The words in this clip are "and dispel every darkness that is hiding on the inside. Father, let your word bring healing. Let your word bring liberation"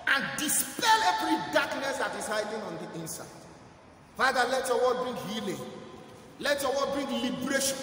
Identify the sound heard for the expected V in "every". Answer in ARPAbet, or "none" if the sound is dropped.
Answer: B